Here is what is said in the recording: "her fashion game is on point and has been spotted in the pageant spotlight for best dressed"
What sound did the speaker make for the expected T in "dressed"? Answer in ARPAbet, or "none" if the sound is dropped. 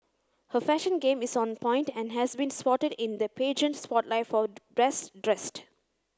T